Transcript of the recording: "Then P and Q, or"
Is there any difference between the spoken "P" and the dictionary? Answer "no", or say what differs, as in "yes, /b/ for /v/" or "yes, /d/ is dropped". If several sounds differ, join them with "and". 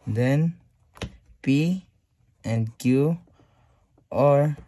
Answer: no